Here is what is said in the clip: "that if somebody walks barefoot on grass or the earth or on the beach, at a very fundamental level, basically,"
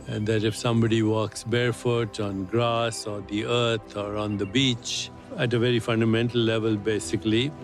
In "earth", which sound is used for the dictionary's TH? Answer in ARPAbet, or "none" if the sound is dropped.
T